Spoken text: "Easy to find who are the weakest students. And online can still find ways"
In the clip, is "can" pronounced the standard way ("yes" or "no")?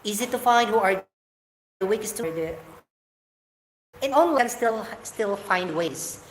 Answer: no